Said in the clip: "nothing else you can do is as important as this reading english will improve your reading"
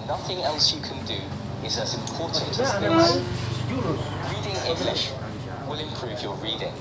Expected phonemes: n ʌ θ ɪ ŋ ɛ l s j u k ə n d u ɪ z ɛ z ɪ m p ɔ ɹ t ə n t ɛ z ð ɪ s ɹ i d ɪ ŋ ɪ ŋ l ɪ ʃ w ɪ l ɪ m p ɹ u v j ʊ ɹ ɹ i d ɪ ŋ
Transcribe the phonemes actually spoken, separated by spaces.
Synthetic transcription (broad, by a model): n ʌ θ ɪ ŋ ɛ l s j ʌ k ə n d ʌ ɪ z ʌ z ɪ m p ɔ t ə n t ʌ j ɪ ɹ i d ɪ ŋ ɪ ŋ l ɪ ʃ w ɪ l ɪ m p ɹ u v j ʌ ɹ ɹ i d ɪ ŋ